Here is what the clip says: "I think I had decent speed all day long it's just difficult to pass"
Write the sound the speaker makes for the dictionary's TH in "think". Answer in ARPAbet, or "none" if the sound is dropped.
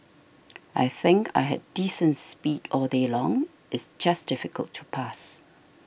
TH